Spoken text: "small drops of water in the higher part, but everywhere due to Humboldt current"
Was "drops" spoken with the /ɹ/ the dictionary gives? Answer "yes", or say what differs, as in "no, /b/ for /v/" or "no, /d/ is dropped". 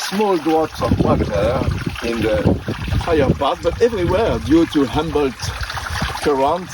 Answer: no, /w/ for /ɹ/